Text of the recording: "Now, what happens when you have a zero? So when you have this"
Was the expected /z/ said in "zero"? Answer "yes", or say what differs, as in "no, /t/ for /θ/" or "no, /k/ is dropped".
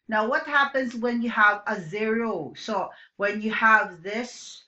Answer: yes